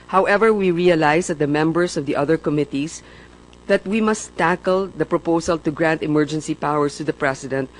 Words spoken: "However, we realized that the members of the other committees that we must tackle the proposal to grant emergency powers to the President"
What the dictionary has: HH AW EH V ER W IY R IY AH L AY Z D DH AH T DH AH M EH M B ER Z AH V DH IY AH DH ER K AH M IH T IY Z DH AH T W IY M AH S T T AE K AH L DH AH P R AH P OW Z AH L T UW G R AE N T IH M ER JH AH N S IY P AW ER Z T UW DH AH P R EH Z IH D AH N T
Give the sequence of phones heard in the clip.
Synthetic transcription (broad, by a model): HH AW EH V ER W IY R IY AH L AY S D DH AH T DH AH M EH M B ER S AH V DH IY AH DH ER K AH M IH T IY S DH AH T W IY M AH S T T AE K AH L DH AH P R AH P OW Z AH L T UW G R AE N T IH M ER JH AH N S IY P AW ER S T UW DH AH P R EH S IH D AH N T